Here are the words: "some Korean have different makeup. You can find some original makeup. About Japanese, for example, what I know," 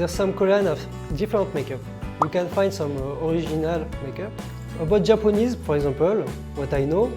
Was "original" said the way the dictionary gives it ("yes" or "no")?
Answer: no